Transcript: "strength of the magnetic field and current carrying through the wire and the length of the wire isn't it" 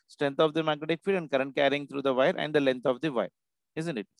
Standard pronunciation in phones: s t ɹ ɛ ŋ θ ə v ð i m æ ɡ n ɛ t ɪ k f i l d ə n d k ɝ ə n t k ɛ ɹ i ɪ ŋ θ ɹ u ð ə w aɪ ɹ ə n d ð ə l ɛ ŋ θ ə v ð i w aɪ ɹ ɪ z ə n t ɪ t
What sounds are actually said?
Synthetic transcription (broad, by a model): s t ɹ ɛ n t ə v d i m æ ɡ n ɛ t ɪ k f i d ə n d k ɝ ə n t k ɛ ɹ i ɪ ŋ t ɹ u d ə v aɪ ɹ ə n d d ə l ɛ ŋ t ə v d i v aɪ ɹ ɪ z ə n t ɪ t